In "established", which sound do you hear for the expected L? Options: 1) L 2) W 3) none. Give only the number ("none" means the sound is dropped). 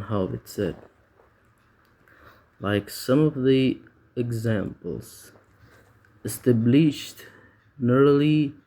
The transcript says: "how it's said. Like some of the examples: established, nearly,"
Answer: 1